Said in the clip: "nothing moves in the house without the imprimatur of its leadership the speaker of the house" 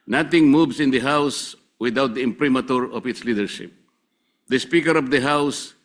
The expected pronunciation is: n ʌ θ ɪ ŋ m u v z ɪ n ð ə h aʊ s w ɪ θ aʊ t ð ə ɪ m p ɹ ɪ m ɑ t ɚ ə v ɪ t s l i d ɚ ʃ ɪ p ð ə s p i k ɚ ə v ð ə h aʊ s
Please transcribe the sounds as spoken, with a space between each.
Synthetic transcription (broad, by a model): n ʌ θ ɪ ŋ m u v s ɪ n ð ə h aʊ s w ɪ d aʊ t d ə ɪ m p ɹ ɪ m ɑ t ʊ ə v ɪ t s l i d ɚ ʃ ɪ p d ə s p i k ɚ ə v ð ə h aʊ s